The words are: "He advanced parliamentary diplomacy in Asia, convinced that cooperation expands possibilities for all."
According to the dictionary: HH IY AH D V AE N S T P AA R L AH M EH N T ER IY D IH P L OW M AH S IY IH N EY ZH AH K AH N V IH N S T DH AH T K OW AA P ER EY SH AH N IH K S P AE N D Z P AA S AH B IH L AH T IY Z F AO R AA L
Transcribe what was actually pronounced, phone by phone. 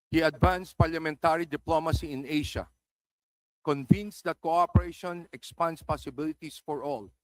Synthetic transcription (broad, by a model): HH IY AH D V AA N S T P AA R L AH M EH N T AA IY D IH P L OW M AH S IY IH N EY SH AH K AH N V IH N S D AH T K OW AA P ER EY SH AH N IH K S P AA N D S P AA S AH B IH L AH T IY S F AO R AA L